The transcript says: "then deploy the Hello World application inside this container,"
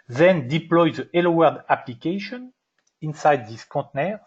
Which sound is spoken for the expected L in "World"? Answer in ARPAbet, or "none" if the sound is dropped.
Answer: none